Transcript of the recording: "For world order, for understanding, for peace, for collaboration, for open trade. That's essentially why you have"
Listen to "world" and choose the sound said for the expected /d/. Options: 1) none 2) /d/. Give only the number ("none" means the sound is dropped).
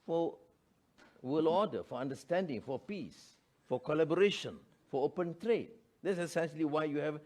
1